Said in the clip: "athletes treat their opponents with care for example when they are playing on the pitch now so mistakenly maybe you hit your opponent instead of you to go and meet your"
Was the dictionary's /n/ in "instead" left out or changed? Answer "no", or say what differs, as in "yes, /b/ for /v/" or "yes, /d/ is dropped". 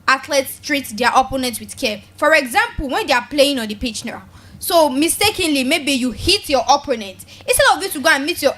yes, /n/ is dropped